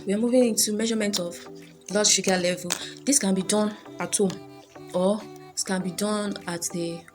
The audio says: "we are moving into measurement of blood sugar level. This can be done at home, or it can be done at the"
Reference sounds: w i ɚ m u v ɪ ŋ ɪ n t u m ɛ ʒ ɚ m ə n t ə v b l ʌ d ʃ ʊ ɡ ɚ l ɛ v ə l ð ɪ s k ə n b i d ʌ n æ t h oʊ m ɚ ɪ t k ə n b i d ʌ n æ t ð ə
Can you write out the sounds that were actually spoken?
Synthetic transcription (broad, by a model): w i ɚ m u v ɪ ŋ ɪ n t u m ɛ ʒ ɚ m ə n t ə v l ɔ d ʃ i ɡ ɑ l ɛ v ə l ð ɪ s k ə n b i d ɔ n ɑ t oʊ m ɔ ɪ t k ə n b i d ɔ n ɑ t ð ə